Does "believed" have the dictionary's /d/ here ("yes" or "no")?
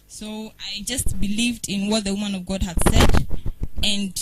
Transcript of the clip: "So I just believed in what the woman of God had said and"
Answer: yes